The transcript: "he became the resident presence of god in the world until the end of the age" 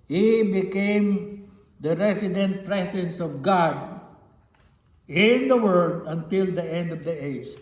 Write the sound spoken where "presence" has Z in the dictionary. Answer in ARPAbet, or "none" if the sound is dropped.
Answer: S